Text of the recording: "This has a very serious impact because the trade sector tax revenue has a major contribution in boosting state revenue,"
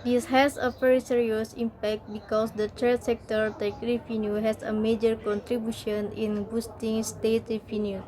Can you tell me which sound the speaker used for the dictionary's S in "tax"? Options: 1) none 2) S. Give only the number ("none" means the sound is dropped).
1